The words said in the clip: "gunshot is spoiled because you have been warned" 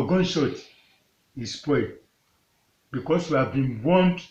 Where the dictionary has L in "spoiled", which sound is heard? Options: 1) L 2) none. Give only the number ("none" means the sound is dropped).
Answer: 2